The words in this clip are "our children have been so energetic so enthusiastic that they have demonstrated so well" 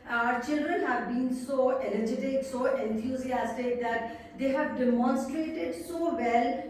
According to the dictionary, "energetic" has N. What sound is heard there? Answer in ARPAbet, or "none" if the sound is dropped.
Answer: L